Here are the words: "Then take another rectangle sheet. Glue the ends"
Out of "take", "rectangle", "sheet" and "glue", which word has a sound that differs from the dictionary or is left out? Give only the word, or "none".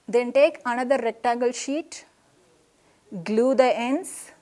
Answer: rectangle